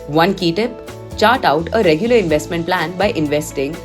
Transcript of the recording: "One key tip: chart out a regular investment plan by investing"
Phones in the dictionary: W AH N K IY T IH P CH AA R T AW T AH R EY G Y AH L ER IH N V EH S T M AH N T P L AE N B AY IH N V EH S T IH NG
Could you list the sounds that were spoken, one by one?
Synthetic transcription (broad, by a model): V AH N K IY T IH P CH AA R T AW T AH R EY G Y AH L ER IH N V EH S T M AH N T P L AE N B AY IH N V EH S T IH NG